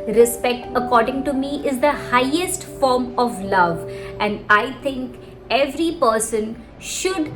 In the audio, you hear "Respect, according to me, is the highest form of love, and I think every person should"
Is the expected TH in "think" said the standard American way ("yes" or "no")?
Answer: no